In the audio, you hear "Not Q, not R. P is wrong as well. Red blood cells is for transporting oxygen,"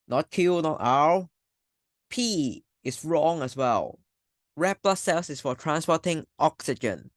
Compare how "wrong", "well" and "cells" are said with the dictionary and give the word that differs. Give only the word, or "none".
cells